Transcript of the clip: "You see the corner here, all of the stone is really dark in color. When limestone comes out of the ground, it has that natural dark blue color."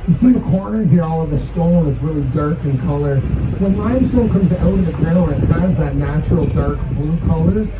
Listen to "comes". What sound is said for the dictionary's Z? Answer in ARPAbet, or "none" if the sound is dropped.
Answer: Z